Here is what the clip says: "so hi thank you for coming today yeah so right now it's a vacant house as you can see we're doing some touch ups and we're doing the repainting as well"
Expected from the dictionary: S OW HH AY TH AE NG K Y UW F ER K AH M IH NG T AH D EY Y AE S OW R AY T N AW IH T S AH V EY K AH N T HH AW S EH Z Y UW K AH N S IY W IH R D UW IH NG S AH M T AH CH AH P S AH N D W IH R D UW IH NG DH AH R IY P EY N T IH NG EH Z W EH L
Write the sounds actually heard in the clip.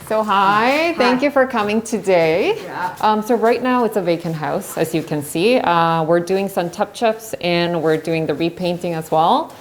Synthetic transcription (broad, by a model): S OW HH AY TH AE NG K Y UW F ER K AH M IH NG T AH D EY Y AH S OW R AY T N AW IH T S AH V EY K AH N HH AW S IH Z Y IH K AH N S IY W IH R D UW IH NG S AH M T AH CH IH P S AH N W IH R D UW IH NG DH AH R IY P EY N T IH NG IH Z W EH L